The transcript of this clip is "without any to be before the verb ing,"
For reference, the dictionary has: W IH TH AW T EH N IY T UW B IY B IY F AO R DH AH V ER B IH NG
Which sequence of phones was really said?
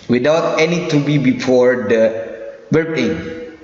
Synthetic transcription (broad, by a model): W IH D AW T EH N IY T UW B IY B IY F AO R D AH W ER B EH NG